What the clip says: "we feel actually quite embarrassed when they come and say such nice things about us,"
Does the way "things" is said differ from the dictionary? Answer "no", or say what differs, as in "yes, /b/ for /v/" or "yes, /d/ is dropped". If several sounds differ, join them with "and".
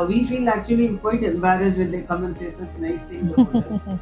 yes, /t/ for /θ/ and /z/ is dropped